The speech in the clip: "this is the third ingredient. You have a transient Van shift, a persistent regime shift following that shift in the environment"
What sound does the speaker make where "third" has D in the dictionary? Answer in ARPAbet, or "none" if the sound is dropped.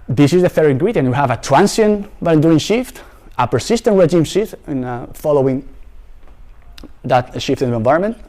none